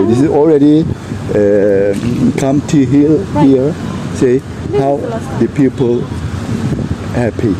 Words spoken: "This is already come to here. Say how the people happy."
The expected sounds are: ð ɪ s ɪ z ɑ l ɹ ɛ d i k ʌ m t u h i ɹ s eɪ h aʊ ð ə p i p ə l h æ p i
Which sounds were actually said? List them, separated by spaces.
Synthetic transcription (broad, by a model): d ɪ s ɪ s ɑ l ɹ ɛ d i k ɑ m t u h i l s eɪ h aʊ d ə p i p ə l h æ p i